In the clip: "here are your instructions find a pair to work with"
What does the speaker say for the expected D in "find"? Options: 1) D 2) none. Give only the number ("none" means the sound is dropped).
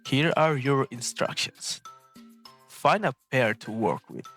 2